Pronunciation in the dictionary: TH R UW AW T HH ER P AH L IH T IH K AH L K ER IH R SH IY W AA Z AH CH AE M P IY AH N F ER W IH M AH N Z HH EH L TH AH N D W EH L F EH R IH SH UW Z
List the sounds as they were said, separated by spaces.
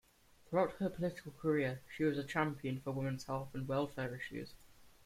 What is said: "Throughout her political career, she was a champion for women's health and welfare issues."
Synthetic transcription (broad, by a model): TH R UW AW T HH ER P AH L IH T IH K AH L K ER IH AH SH IY W AA Z AH CH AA M P IY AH N F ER W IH M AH N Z HH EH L F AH N W EH L F EH R IH SH UW Z